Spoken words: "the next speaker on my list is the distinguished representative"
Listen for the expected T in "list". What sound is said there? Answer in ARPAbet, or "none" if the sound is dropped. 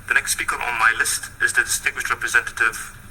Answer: T